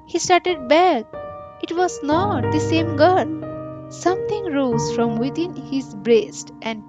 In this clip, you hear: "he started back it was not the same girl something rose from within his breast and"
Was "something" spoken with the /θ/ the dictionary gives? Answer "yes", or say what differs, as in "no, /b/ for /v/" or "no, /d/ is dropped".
no, /t/ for /θ/